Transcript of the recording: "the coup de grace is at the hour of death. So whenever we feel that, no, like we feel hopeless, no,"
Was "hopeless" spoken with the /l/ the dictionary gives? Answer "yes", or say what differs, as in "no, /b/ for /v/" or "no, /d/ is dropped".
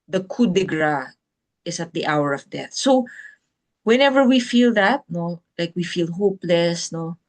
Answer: yes